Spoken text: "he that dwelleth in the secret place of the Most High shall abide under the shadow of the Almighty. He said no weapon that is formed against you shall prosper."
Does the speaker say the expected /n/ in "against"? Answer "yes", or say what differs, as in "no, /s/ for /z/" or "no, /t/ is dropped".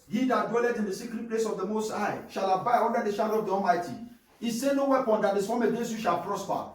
no, /n/ is dropped